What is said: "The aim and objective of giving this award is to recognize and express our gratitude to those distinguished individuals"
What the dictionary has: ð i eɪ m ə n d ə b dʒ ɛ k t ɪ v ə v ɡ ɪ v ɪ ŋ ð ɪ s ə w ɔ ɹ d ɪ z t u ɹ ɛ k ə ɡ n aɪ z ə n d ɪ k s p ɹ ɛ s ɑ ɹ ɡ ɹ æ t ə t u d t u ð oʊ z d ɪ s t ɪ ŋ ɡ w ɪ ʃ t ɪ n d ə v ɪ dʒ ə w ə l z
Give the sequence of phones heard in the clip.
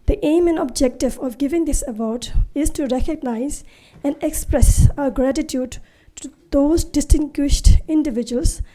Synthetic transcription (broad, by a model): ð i eɪ m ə n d ə b dʒ ɛ k t ɪ v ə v ɡ ɪ v ɪ ŋ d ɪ s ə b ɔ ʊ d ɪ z t u ɹ ɛ k ə ɡ n aɪ z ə n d ɪ k s p ɹ ɛ s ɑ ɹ ɡ ɹ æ t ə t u d t u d oʊ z d ɪ s t ɪ ŋ ɡ w ɪ ʃ t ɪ n d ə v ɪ dʒ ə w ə l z